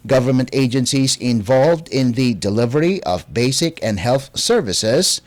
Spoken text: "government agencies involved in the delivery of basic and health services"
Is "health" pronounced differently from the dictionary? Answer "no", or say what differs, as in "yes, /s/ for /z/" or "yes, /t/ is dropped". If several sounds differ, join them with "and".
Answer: no